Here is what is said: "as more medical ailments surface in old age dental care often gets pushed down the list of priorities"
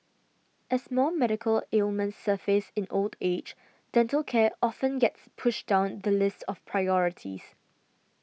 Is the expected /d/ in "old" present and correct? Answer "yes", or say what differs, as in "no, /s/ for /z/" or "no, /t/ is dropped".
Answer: yes